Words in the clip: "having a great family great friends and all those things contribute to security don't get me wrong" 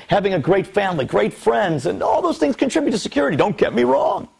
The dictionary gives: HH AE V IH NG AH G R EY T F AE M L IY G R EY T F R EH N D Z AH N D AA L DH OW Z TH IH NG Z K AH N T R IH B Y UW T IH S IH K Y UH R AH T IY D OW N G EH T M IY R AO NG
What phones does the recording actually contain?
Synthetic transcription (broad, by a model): HH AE V IH NG AH G R EY T F AE M L IY G R EY T F R EH N D Z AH N AA L DH OW Z TH IH NG Z K AH N T R IH B Y UW T IH S IH K Y UH R AH T IY D OW N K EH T M IY R AO NG